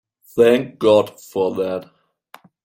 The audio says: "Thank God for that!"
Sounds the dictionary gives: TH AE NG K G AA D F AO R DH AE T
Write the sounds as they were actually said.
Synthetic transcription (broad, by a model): TH AE NG K G AA D F AO R DH AE T